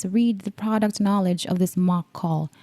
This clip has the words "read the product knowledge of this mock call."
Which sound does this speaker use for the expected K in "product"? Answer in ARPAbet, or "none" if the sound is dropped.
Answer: K